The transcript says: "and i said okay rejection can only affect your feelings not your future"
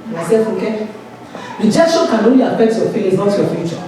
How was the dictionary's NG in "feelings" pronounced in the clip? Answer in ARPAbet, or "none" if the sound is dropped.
none